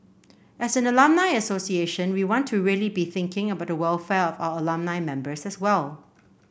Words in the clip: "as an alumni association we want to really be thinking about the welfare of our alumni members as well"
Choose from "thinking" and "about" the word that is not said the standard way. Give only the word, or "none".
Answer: none